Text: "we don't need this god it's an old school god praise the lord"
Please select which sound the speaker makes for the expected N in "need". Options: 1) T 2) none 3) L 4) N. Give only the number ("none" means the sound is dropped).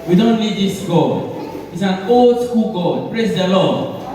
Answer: 3